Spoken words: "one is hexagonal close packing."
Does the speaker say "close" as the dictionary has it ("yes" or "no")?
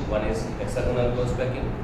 no